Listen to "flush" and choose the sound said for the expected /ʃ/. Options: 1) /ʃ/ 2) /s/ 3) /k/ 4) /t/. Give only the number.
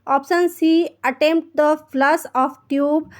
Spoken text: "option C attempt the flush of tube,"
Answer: 2